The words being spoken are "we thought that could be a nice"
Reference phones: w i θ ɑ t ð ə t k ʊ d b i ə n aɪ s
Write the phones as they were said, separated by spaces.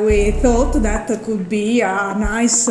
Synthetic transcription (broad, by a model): w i θ ɑ t ð ə t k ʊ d b i ə n aɪ s